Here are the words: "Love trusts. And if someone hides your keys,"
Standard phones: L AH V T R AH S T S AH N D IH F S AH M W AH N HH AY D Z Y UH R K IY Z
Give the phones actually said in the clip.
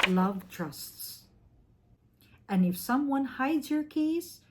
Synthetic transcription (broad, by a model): L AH V T R AH S T S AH N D IH F S AH M W AH N HH AY D Z Y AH R K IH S